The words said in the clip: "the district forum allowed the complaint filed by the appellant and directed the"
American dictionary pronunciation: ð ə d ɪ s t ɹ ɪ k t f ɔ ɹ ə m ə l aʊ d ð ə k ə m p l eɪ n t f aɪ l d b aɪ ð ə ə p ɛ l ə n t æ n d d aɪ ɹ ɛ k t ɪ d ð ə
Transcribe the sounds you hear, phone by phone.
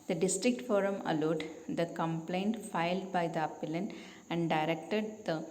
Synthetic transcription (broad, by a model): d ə d ɪ s t ɹ ɪ k t f ɔ ɹ ə m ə l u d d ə k ə m p l eɪ n t f aɪ l d b aɪ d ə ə p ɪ l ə n æ n d d aɪ ɹ ɛ k t ɪ d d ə